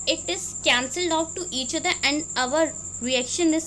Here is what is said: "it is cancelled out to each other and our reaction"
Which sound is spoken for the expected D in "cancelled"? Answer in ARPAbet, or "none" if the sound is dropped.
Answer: D